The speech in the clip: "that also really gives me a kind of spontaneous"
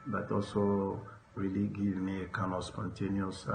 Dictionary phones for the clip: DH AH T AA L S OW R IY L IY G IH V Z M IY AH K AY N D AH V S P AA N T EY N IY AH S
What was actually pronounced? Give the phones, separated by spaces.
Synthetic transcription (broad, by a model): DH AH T AA L S OW R IY L IY G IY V M IY AH K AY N AH S P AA N T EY N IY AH S